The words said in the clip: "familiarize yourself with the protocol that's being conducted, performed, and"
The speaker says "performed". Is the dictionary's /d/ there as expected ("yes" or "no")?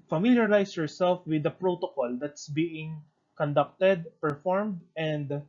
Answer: yes